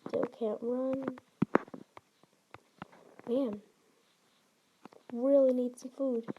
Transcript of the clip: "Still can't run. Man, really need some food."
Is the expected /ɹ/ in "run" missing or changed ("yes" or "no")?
no